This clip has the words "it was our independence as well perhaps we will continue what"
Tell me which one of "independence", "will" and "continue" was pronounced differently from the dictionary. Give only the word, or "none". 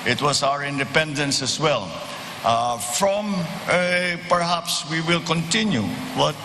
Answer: none